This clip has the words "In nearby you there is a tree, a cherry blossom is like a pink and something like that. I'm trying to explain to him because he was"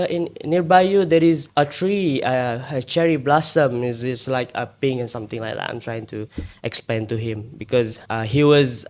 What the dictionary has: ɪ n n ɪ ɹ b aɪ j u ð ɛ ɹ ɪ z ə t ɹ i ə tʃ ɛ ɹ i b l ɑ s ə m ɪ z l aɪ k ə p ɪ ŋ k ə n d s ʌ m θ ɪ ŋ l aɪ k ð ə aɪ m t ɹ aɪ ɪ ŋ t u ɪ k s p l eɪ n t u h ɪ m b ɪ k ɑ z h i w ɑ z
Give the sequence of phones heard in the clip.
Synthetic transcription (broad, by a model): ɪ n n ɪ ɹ b aɪ j u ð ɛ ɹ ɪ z ə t ɹ i ə tʃ ɛ ɹ i b l ɑ s ə m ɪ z l aɪ k ə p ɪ ŋ ə n s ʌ m t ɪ ŋ l aɪ k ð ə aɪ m t ɹ aɪ ɪ ŋ t u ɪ k s p eɪ n t u h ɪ m b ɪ k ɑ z h i w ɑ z